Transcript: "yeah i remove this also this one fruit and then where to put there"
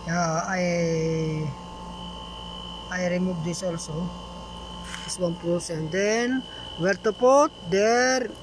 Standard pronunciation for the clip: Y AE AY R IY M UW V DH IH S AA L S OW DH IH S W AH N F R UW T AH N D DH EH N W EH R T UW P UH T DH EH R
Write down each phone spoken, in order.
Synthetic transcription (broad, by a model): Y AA AY R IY M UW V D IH S AA L S OW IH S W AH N P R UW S AH N D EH N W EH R T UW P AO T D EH R